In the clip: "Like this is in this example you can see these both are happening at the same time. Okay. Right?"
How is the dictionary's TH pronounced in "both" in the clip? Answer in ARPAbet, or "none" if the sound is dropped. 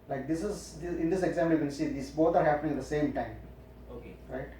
T